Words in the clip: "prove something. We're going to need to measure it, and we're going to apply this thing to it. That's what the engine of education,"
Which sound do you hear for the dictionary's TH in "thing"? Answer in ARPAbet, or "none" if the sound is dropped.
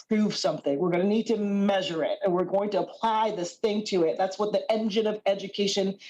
TH